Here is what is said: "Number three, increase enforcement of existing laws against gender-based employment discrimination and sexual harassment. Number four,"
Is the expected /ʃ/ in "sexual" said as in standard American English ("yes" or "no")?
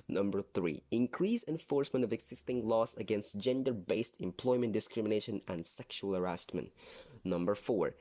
yes